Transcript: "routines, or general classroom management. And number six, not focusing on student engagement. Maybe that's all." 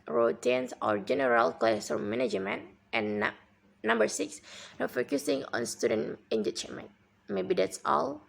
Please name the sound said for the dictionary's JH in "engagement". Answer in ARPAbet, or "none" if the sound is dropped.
CH